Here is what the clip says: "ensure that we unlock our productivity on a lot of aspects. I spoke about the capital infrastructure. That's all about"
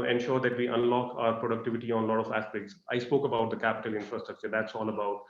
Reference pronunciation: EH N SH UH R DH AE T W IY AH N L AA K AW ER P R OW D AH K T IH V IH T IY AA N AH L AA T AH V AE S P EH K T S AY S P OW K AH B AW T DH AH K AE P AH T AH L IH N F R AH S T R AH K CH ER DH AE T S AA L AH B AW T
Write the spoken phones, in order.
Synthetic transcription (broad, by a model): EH N SH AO R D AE T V IY AH N L AA K AW ER P R OW D AH K T IH V IH T IY AA N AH L AA T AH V AE S P EH K T S AY S P OW K AH B AW T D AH K AE P AH T AH L IH N F R AH S T R AH K CH ER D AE T S AA L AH B AW T